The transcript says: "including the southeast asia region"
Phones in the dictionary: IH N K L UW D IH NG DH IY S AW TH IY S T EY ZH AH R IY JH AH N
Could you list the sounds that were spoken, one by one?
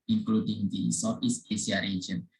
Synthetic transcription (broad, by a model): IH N K L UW D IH NG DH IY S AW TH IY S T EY S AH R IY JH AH N